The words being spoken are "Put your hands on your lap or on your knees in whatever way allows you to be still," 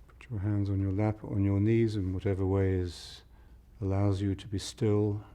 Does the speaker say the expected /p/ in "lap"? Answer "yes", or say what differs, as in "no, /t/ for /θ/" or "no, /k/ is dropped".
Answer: yes